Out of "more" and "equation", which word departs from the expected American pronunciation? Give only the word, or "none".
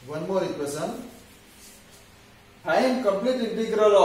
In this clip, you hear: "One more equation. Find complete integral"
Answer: equation